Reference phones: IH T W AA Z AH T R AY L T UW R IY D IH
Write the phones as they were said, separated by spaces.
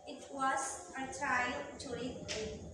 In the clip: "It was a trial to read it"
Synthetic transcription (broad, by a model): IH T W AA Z AH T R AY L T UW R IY IH